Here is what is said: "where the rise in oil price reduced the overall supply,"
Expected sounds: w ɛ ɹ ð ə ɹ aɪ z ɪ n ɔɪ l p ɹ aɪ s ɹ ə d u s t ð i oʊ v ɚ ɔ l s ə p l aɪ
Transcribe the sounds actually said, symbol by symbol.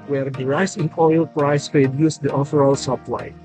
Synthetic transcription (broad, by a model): w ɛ ɹ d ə ɹ aɪ s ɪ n ɔɪ l p ɹ aɪ s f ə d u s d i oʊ f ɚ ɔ l s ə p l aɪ